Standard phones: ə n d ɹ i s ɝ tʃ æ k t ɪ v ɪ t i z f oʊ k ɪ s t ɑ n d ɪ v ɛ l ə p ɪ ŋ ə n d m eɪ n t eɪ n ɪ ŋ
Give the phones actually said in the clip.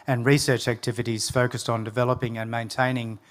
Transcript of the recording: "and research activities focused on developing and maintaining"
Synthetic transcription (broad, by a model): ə n ɹ i s ɝ tʃ æ k t ɪ v ɪ t i z f oʊ k ɪ s t n d ɪ v ɛ l ə p ɪ ŋ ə n m eɪ n t eɪ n ɪ ŋ